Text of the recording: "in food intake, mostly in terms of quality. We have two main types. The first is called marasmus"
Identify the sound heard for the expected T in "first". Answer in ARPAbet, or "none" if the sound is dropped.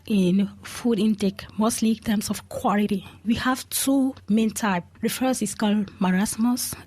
none